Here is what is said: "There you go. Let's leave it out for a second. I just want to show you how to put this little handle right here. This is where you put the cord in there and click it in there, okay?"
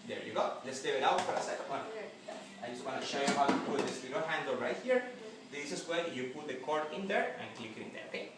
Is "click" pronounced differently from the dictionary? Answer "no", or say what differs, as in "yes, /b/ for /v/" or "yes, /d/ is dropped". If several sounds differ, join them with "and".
no